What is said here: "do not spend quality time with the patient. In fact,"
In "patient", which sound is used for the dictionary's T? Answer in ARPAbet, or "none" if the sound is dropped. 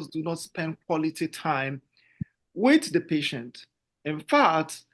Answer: T